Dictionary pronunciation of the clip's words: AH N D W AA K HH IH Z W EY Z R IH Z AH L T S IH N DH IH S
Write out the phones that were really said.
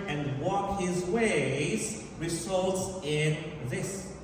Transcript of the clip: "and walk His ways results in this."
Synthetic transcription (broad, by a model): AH N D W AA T HH IH Z W EY Z R IH Z AH L T S IH N DH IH S